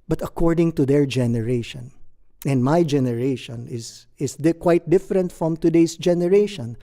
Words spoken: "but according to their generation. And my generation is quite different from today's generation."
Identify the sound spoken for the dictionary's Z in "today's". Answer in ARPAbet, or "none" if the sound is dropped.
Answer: S